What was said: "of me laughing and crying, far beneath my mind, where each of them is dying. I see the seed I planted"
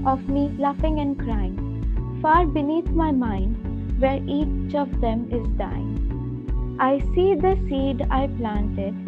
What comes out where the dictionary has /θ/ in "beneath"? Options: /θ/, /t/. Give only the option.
/t/